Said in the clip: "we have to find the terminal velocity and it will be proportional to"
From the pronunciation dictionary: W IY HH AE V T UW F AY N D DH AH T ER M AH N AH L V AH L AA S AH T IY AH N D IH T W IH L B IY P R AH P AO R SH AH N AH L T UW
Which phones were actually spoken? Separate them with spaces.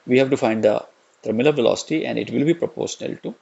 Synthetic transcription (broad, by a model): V IY HH AE V T UW F AY N D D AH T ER M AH L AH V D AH L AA S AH T IY AH N D IH T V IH L B IY P R AH P AO R SH AH N AH L T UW